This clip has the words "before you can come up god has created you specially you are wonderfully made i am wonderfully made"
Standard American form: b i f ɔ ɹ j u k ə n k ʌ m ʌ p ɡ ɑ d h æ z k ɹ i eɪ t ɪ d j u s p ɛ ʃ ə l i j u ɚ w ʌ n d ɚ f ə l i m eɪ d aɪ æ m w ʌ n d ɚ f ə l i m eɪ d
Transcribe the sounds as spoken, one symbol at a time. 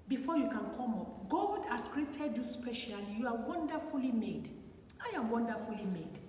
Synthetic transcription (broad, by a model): b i f ɔ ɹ j u k ə n k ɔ m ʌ p ɡ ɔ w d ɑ s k ɹ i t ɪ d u s p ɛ ʃ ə l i j u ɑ w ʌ n d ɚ f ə l i m eɪ d aɪ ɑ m w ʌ n d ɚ f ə l i m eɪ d